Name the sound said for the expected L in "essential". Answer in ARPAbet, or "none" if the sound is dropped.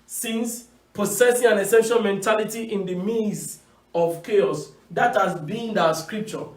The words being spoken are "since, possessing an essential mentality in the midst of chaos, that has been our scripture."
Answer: N